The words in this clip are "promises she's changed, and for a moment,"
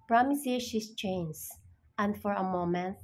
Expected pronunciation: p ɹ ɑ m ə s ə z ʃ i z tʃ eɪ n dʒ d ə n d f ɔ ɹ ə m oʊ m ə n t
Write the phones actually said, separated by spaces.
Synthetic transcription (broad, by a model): p ɹ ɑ m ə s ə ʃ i s tʃ eɪ n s ə n d f ɔ ɹ ə m oʊ m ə n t